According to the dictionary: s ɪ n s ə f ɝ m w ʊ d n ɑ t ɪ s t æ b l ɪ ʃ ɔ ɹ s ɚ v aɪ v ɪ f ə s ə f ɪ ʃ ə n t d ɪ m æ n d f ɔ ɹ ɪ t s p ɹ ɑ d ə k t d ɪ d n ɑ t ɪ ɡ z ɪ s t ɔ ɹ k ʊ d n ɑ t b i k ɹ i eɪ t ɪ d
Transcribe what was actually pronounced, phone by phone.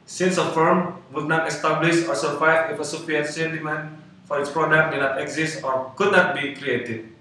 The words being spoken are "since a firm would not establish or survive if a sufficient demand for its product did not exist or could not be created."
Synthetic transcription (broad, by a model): s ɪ n s ə f ɝ m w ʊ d n ɑ t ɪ s t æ b l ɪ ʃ ɔ ɹ s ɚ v aɪ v ɪ f ə s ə p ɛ s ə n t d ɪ m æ n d f ɔ ɹ ɪ t s p ɹ ɑ d ə k t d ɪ n ɑ t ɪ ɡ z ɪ s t ɔ ɹ k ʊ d n ɑ t b i k ɹ i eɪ t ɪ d